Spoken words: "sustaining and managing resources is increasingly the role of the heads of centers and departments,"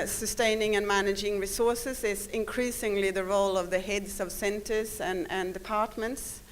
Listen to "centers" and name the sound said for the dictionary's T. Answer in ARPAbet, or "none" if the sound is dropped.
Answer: T